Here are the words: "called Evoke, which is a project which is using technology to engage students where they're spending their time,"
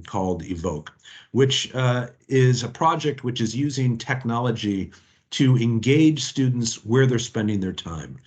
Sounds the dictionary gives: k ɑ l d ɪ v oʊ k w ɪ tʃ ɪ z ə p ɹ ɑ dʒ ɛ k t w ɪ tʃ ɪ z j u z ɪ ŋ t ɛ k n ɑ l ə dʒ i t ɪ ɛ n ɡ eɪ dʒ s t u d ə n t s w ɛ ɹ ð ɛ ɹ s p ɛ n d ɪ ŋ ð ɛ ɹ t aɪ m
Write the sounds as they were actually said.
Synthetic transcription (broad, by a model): k ɑ l d ɪ v oʊ k w ɪ tʃ ɪ z ə p ɹ ɑ dʒ ɛ k t w ɪ tʃ ɪ z j u z ɪ ŋ t ɛ k n ɑ l ə dʒ i t ɪ ɛ n ɡ eɪ dʒ s t u d n t s w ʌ ɹ ð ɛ ɹ s p ɛ n d ɪ ŋ ð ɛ ɹ t aɪ m